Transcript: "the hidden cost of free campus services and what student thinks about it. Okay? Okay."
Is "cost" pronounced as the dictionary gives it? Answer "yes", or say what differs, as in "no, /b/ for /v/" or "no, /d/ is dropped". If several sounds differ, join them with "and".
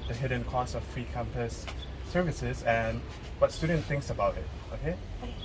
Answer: no, /t/ is dropped